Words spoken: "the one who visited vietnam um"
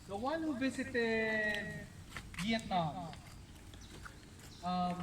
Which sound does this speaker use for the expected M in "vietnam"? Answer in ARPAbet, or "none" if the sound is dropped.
none